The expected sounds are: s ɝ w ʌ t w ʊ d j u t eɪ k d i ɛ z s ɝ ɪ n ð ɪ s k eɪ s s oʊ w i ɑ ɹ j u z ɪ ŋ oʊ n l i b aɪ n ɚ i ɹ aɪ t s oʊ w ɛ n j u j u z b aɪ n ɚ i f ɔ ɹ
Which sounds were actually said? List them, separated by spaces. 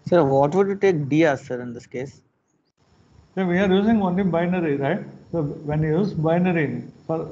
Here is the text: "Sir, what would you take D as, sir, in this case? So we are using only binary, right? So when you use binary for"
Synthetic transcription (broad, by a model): s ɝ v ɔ t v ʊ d j u t eɪ k d i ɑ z s ɝ ɪ n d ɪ s k eɪ s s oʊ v i ɑ ɹ j u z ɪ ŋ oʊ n i b aɪ n ɚ i ɹ aɪ t s oʊ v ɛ n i j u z b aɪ n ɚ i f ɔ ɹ